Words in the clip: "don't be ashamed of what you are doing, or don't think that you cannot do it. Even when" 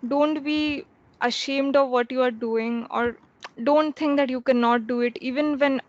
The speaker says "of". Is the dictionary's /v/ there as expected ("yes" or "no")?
yes